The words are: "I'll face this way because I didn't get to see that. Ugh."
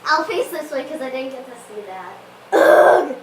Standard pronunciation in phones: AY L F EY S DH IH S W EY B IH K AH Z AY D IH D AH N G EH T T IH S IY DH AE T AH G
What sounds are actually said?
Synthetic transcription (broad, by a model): AY L F EY S DH IH S W EY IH K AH Z AY D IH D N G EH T T IH S IY DH AE T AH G